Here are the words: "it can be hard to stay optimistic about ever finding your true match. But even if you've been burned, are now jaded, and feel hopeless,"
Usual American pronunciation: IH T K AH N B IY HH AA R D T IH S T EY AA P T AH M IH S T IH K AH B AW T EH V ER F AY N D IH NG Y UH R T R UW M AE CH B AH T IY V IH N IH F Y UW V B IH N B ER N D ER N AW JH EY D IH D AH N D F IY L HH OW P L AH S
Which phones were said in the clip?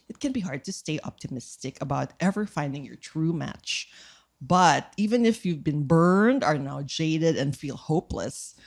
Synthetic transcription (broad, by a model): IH T K AH N B IY HH AA R D T IH S T EY AA P T AH M IH S T IH K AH B AW T EH V ER F AY N D IH NG Y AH R T R UW M AE CH B AH T IY V IH N IH F Y UW V B IH N B ER N D ER N AW JH EY D IH D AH N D F IY L HH OW P L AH S